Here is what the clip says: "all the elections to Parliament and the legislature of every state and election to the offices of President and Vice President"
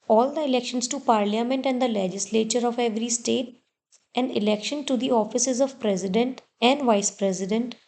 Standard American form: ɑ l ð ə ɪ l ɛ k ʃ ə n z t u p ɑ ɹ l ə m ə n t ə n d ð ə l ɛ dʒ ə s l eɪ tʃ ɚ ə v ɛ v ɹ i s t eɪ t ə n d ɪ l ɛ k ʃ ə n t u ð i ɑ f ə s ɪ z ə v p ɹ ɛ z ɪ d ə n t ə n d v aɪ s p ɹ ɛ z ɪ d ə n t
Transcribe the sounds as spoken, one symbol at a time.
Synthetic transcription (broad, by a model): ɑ l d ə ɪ l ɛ k ʃ ə n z t u p ɑ ɹ l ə m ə n t ə n d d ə l ɛ dʒ ə s l eɪ tʃ ɚ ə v ɛ v ɹ i s t eɪ t ə n d ɪ l ɛ k ʃ ə n t u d i ɑ f ə s ɪ z ə v p ɹ ɛ z ɪ d ə n t ə n d v aɪ s p ɹ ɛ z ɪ d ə n t